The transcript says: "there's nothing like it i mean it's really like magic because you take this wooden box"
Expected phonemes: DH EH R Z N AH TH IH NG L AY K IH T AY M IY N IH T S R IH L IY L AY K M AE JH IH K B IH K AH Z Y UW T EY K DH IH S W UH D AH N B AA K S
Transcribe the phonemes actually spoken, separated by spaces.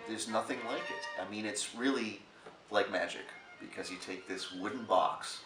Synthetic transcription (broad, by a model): DH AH R Z N AH TH IH NG L AY K IH T AY M IY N IH T S R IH L IY L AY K M AE JH IH K B IH K AH Z Y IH T EY K DH IH S W UH D N B AA K S